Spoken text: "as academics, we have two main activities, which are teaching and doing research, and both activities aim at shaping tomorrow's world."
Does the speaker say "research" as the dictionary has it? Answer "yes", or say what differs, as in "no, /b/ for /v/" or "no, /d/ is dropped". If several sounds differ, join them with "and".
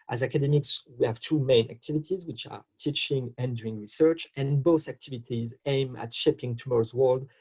yes